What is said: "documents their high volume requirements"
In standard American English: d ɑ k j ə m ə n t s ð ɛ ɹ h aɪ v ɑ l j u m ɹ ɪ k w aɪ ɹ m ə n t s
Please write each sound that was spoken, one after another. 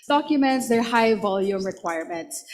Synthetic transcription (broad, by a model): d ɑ k j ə m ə n t s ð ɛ ɹ h aɪ v ɑ l j u m ɹ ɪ k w aɪ ɹ m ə n t s